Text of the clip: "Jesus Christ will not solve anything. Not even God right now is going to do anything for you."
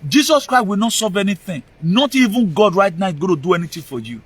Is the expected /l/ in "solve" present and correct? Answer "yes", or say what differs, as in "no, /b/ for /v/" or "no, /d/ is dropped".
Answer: no, /l/ is dropped